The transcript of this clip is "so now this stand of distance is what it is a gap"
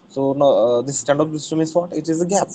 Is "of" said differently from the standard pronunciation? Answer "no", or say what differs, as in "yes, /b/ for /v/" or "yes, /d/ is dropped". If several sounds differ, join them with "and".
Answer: yes, /p/ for /v/